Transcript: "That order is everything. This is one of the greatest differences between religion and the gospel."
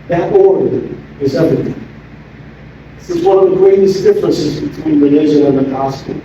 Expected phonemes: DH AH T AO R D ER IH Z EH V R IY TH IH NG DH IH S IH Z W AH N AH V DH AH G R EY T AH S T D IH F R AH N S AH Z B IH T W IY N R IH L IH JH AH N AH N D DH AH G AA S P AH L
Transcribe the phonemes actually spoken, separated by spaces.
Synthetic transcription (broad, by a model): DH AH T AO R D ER IH Z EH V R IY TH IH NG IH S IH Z W AH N AH V DH AH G R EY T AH S D IH F R AH N S AH Z B IH T W IY N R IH N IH ZH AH AH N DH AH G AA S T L